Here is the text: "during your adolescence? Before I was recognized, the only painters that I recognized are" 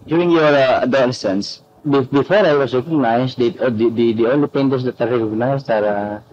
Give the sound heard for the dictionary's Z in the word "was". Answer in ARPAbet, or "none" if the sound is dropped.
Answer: S